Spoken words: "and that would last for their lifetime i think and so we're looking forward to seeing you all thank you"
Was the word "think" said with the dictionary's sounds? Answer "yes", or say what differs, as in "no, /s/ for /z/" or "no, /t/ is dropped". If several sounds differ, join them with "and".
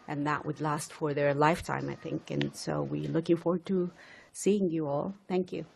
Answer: yes